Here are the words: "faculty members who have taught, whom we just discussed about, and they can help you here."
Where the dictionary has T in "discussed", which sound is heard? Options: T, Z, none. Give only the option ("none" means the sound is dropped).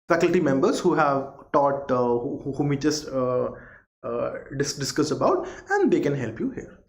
none